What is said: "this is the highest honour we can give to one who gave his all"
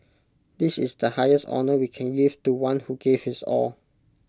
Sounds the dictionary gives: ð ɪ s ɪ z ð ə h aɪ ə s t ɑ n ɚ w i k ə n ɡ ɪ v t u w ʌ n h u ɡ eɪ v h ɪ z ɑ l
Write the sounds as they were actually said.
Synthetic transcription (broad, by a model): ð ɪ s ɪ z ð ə h aɪ ə s t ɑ n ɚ w i k ə n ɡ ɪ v t u w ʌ n h u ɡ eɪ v h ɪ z ɑ l